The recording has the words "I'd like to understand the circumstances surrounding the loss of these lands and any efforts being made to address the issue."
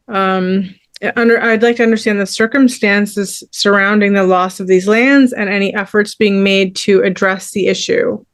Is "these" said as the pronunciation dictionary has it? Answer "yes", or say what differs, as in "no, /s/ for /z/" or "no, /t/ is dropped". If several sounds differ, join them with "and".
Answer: yes